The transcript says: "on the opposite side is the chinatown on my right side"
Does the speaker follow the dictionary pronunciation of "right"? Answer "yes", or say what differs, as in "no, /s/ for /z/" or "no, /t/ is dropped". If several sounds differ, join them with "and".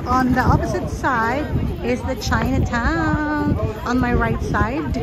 yes